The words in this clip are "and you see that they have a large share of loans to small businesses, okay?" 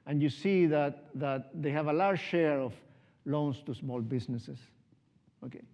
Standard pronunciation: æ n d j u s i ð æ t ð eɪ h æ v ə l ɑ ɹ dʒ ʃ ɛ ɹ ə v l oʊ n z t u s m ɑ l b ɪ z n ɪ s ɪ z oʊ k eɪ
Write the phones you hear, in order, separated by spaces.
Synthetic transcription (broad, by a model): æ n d j u s i ð æ t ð eɪ h æ v ə l ɑ ɹ dʒ ʃ ɛ ɹ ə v l oʊ n s t u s m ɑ l b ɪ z n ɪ s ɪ s oʊ k eɪ